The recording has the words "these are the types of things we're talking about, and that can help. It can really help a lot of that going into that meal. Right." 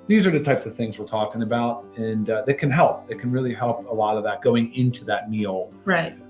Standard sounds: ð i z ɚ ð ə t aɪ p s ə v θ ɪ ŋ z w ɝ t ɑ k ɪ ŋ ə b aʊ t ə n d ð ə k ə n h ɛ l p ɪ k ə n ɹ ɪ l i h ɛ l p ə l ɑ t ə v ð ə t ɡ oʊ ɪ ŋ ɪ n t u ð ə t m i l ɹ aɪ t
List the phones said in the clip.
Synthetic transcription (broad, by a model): ð i z ɚ ð ə t aɪ p s ə v θ ɪ ŋ z w ɝ t ɑ k ɪ ŋ ə b aʊ t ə n ð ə k ə n h ɛ l p ɪ k ə n ɹ ɪ l i h ɛ l p ə l ɑ t ə v ð ə t ɡ oʊ ɪ ŋ ɪ n t u ð ə t m i l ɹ aɪ t